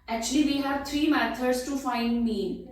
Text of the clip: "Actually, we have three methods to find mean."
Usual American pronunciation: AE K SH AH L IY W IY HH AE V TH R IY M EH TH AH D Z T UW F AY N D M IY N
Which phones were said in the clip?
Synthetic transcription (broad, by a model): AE K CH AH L IY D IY HH AE V T R IY M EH T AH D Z T UW F AY N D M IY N